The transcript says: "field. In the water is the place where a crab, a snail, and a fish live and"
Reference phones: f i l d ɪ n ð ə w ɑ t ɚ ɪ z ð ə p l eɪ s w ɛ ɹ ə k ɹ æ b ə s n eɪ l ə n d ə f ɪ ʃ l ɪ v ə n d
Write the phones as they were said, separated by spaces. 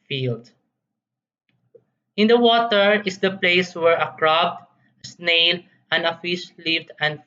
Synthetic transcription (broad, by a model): f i l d ɪ n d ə w ɑ t ɚ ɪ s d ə p l eɪ s w ɛ ɹ ə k ɹ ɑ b ə s n eɪ l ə n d ə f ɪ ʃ l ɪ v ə n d